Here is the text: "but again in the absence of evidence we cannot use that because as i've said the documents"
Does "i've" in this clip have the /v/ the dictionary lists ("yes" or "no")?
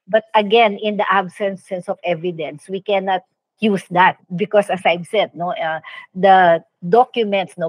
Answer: no